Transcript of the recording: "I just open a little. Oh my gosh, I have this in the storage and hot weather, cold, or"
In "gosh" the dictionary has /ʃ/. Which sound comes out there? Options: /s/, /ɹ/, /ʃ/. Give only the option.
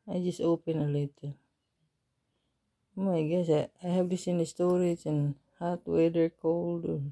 /s/